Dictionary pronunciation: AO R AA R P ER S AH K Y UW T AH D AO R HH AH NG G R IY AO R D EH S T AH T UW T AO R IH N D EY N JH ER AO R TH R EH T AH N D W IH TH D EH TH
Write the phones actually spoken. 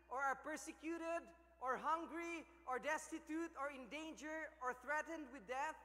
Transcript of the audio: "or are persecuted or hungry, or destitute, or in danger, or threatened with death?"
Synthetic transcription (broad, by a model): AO R AA R P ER S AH K Y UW T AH D AO R HH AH NG G R IY AO R D EH S T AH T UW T AO R IH N D EY N JH ER AO R TH R EH T AH N D W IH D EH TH